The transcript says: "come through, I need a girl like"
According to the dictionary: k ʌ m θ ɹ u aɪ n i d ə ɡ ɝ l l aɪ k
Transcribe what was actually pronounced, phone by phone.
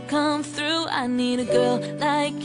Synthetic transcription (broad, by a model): k ʌ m θ ɹ u aɪ n i d ə ɡ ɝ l l aɪ k